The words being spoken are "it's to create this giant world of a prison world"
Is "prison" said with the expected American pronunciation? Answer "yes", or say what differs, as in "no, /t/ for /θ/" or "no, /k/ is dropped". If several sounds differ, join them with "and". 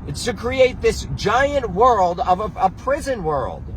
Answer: yes